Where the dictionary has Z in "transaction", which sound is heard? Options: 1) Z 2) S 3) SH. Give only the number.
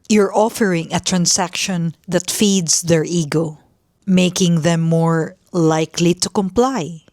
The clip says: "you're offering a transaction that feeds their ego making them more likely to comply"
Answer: 2